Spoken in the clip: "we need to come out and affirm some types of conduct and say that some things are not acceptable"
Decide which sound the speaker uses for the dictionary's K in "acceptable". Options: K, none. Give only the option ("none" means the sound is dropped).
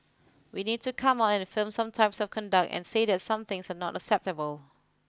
K